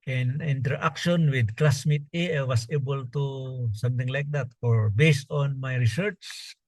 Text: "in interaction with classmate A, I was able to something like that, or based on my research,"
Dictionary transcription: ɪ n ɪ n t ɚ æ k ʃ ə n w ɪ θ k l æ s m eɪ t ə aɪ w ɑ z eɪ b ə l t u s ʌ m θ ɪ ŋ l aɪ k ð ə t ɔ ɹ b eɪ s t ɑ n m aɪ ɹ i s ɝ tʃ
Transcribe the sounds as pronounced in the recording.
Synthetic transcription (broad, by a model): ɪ n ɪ n t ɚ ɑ k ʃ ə n w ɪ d k l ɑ s m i t ə aɪ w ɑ s eɪ b ə l t u s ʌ m t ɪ ŋ l aɪ k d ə t ɔ ɹ b eɪ s t ɑ n m aɪ ɹ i s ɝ tʃ